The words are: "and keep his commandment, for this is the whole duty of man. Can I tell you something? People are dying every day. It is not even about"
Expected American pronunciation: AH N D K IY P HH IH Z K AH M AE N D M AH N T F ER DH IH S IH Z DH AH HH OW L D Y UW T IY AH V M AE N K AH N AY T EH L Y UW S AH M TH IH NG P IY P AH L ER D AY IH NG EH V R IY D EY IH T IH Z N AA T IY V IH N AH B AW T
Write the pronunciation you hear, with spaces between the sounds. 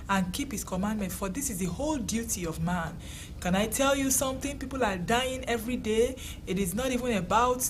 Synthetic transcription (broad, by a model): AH N K IY P HH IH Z K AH M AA N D M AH N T F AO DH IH S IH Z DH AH HH OW L D Y UW T IY AH V M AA N K AH N AY T EH L Y UW S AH M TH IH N P IY P AH L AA D AY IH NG EH V R IY D EY IH T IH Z N AA T IY V IH N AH B AW T